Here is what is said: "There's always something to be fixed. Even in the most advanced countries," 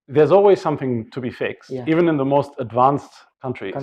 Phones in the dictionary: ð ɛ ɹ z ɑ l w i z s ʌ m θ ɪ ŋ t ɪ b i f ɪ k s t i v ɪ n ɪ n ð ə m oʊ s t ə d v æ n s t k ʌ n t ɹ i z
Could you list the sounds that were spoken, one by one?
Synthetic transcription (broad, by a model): ð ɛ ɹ z ɑ l w i z s ʌ m θ ɪ ŋ t ɪ b i f ɪ k s t i v ɪ n ɪ n ð ə m oʊ s t ə d v æ n s t k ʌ n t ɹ i